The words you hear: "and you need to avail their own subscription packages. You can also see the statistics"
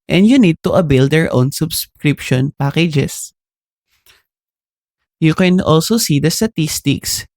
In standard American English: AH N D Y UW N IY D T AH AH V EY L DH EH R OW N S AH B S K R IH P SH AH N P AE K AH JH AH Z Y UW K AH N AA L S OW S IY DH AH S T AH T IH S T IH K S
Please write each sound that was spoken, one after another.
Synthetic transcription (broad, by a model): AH N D Y UW N IY D T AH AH B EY L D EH R OW N S AH B S K R IH P SH AH N P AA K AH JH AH S Y UW K AH N AA L S OW S IY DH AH S T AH T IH S T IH K S